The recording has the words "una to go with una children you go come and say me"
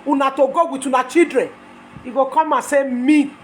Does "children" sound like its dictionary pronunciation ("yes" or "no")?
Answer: no